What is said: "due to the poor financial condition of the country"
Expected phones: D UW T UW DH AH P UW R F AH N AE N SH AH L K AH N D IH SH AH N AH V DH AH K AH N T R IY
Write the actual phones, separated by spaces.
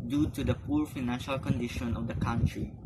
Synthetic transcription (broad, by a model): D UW T UW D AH P UW R F AH N AE N SH AH L K AH N D IH SH AH N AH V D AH K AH N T R IY